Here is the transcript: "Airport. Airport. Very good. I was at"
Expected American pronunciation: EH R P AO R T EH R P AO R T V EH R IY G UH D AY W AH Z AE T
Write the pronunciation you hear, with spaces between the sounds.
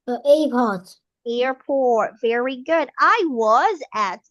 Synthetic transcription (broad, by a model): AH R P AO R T EH R P AO R T V EH R IY G UH D AY W AH Z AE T